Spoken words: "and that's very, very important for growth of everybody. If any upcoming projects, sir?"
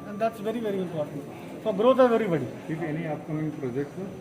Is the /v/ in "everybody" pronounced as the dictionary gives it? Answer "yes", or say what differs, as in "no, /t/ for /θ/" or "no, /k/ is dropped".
no, /v/ is dropped